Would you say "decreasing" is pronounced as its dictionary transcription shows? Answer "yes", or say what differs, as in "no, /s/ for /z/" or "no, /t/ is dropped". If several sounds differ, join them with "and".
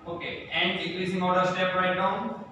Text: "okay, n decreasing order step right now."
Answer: no, /l/ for /ɹ/